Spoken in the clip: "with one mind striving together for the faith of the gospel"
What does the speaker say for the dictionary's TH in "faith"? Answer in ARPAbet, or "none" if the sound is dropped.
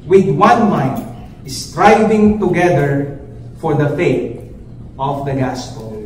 T